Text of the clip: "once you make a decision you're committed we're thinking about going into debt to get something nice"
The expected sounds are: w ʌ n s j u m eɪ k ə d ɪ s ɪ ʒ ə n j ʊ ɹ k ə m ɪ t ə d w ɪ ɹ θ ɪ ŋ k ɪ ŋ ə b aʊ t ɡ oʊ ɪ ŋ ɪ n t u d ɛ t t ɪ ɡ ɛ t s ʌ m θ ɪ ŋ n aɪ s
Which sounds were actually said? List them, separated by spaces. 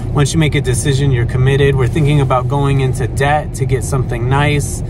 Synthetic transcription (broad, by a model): w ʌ n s j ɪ m eɪ k ə d ɪ s ɪ ʒ ə n j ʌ ɹ k ə m ɪ t ə d w ɪ ɹ θ ɪ ŋ k ɪ ŋ ə b aʊ t ɡ oʊ ɪ ŋ ɪ n t u d ɛ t t ɪ ɡ ɛ t s ʌ m θ ɪ ŋ n aɪ s